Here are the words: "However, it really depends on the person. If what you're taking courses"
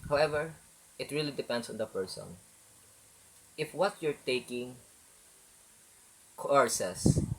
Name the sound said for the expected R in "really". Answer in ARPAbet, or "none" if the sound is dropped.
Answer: R